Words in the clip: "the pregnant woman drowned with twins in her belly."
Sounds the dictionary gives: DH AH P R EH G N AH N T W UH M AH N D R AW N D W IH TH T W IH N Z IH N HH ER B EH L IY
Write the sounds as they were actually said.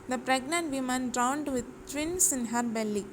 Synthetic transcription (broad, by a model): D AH P R EH G N AH N T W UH M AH N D R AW N D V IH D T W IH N S IH N HH ER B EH L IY